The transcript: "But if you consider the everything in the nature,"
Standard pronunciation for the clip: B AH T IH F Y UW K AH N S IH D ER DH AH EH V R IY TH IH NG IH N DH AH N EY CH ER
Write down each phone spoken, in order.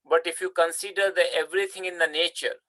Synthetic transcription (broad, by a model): B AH T IH F Y UW K AH N S IH D ER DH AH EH V R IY T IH NG IH N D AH N EY CH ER